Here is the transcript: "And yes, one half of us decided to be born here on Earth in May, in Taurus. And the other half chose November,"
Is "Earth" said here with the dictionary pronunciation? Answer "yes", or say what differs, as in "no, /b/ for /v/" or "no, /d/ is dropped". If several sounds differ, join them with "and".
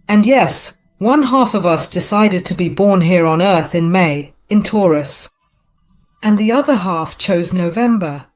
yes